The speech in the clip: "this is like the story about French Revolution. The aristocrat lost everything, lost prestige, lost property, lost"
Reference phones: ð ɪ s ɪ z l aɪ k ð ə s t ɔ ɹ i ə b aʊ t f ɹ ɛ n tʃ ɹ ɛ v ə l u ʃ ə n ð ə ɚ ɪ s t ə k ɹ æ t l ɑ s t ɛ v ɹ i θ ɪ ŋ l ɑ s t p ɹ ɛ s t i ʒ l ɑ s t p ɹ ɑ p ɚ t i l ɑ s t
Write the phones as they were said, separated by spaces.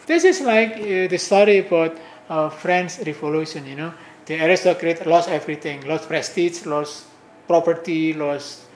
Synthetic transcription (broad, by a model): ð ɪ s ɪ s l aɪ k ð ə s t ɔ ɹ i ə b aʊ t f ɹ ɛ n s ɹ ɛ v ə l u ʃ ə n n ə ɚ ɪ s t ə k ɹ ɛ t l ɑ s ɛ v ɹ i t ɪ ŋ l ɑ s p ɹ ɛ s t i s l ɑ s p ɹ ɑ p ɚ t i l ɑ s